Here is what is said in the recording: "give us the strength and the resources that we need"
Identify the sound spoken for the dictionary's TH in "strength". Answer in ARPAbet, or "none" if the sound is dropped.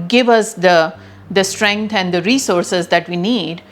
T